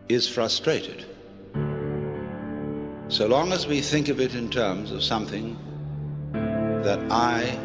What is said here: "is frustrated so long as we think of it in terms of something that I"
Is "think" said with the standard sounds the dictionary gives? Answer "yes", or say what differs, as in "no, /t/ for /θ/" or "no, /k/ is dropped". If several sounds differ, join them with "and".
yes